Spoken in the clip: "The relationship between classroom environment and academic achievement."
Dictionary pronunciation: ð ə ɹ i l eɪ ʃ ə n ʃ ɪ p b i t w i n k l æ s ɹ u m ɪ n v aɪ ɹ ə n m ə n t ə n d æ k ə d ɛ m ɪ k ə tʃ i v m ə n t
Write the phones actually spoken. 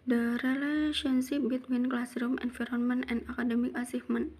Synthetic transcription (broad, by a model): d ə ɹ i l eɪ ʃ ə n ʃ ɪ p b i t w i n k l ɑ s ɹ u m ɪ n f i ɹ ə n m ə n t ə n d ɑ k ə d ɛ m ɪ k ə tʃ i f m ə n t